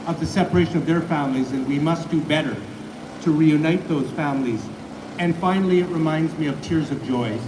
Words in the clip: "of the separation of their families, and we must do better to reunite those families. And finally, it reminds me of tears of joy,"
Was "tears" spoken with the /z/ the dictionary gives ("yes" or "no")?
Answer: yes